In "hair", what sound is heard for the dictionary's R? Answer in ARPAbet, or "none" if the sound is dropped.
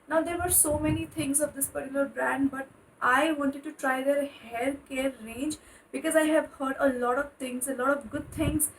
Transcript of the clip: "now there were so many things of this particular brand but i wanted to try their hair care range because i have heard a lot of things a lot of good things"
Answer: L